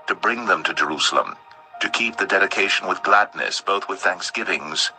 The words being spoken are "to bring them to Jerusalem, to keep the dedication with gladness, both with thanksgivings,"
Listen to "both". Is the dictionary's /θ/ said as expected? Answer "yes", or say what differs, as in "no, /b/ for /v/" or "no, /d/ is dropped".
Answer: yes